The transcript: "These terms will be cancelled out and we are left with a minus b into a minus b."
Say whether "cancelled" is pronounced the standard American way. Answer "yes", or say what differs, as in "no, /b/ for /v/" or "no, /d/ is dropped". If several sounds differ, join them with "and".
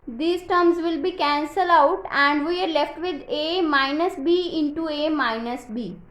no, /d/ is dropped